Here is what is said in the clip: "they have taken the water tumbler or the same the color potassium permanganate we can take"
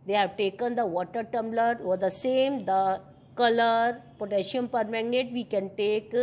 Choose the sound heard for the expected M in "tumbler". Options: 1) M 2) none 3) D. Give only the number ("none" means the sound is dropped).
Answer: 1